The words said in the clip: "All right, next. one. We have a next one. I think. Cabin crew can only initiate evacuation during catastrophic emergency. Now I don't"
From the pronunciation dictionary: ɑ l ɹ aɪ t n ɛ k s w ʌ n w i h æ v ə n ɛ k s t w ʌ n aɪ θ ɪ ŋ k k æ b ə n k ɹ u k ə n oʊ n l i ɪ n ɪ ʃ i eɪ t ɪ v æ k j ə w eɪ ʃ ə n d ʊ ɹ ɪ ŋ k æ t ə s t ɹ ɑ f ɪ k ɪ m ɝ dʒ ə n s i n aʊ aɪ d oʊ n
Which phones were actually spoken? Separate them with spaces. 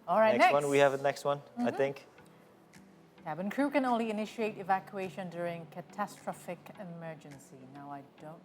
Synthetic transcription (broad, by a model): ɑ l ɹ aɪ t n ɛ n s w ʌ n w i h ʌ v ə n ɛ k s t w ʌ n aɪ θ ɪ ŋ k k æ b ə n k ɹ u k ə n oʊ n l i ɪ n ɪ ʃ i eɪ t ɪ v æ k j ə eɪ ʃ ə n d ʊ ɹ ɪ ŋ k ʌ t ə s t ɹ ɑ f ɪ k ɪ m ɝ dʒ ə n s i n aʊ aɪ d oʊ n